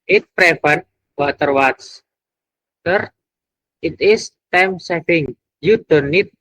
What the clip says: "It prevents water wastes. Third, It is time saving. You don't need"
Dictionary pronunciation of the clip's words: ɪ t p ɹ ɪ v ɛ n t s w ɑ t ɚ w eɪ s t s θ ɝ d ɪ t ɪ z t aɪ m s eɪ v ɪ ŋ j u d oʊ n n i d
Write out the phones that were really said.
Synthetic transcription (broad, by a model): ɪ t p ɹ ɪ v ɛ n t w ɑ t ɚ w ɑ t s t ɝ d ɪ t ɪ s t aɪ m s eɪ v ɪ ŋ j u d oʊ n n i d